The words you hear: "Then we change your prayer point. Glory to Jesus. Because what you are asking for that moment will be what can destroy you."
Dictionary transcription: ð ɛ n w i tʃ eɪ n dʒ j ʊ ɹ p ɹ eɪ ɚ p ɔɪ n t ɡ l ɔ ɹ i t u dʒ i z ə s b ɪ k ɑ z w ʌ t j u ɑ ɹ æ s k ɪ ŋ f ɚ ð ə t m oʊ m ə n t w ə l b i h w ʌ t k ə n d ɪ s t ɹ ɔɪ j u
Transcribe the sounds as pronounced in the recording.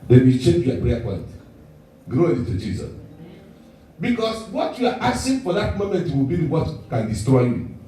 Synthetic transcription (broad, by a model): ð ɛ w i tʃ eɪ n dʒ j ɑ p ɹ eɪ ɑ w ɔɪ l t ɡ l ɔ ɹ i t u dʒ i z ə s b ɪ k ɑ s w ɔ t j u ɑ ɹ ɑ s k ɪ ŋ f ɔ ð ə t m oʊ m ə n t w ə l b i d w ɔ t k ə n d ɪ s t ɹ ɔɪ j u